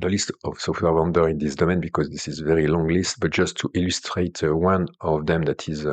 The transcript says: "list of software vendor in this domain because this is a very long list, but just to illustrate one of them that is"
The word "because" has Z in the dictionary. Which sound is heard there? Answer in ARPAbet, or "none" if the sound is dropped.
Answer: Z